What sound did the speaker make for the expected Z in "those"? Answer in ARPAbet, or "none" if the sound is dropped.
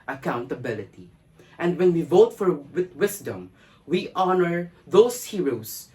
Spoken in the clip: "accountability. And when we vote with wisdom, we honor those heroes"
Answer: S